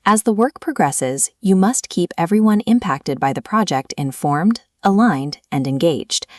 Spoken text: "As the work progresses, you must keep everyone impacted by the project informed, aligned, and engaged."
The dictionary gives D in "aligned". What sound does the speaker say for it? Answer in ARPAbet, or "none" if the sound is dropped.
D